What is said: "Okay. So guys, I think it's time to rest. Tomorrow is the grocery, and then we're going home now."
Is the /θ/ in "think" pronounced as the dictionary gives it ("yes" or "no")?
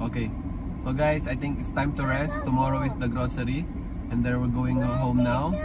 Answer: no